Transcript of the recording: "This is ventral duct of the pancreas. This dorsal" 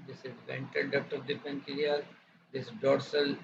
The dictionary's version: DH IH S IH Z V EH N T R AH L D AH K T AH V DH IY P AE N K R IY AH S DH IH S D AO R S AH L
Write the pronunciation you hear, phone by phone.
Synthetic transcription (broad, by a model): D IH S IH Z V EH N T AH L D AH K T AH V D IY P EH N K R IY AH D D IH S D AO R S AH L